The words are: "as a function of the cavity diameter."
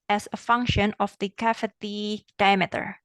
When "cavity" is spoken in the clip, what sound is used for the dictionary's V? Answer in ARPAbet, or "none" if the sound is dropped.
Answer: F